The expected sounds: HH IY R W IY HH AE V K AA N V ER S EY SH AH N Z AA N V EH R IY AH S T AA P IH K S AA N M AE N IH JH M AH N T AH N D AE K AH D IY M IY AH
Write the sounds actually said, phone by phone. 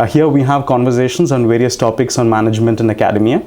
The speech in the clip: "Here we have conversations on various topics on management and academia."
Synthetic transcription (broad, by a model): HH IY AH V IY HH AE V K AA N V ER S EY SH AH N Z AA N V EH R IY AH S T AA P IH K S AA N M AE N IH JH M AH N T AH N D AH K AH D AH M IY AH